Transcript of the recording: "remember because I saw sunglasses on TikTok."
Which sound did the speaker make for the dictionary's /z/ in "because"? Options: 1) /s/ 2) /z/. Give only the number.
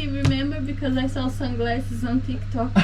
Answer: 2